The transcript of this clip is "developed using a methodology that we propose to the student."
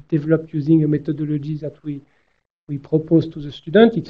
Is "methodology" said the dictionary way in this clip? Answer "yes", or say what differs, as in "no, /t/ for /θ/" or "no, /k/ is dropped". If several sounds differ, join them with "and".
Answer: no, /t/ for /θ/ and /ʒ/ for /dʒ/